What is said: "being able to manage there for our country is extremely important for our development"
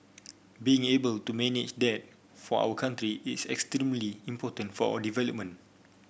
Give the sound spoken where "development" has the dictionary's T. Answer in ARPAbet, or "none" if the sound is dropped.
none